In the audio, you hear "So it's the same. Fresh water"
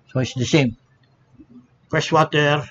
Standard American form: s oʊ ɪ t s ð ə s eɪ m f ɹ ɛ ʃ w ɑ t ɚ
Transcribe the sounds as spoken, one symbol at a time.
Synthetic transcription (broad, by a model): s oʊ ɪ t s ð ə s eɪ m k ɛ s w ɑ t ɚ